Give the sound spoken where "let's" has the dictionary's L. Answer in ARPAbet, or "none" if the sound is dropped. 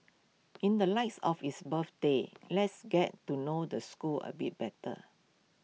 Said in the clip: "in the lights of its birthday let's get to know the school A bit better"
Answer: L